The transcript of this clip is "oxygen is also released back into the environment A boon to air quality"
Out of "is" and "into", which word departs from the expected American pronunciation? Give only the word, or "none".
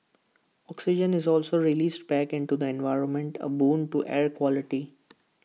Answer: none